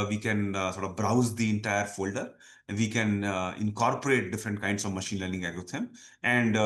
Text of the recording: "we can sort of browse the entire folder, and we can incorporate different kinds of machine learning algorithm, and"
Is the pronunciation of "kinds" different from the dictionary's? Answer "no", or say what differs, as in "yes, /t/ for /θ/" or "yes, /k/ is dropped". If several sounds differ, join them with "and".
yes, /s/ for /z/